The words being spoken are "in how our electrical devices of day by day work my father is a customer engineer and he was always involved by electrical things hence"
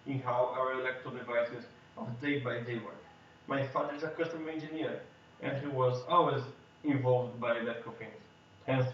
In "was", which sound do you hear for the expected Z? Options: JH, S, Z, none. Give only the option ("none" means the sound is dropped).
Z